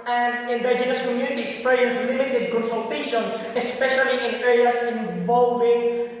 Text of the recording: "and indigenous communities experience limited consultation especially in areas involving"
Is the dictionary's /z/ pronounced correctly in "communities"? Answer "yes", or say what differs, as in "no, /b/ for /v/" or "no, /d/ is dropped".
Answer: no, /z/ is dropped